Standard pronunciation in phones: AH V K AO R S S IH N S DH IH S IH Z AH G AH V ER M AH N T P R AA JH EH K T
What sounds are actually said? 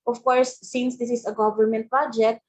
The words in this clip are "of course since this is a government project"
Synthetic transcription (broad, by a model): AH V K AO R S S IH N S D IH S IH S AH G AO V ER M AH N T P R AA JH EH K T